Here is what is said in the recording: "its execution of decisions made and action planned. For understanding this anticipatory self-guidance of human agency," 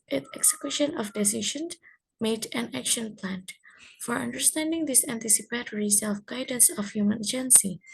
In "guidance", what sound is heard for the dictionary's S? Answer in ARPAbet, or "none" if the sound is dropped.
S